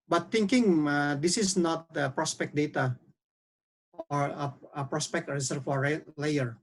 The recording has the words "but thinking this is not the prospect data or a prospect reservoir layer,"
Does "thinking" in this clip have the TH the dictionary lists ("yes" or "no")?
no